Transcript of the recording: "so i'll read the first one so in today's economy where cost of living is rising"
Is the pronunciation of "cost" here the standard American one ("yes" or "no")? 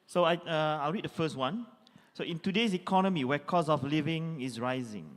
no